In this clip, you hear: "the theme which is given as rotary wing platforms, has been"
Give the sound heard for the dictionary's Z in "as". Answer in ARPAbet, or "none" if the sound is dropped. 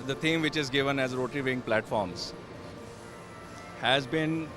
Z